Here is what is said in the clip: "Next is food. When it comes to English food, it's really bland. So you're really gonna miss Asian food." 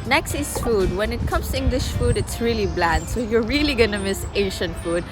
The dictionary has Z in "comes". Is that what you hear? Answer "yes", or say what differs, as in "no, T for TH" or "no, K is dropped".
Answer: no, S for Z